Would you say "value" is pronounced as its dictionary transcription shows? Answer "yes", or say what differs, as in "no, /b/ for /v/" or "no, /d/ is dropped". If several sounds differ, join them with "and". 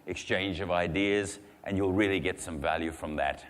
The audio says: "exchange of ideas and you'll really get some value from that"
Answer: yes